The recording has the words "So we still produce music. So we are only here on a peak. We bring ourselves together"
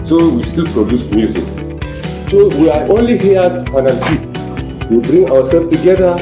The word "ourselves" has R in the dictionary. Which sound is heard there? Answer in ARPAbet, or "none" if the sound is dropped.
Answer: W